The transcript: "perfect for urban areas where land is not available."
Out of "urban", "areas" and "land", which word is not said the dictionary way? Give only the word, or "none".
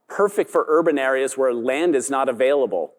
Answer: none